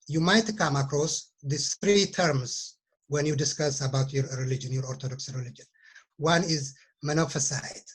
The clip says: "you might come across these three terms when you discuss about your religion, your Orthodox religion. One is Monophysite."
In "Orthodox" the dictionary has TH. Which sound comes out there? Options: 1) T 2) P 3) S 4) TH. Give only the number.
1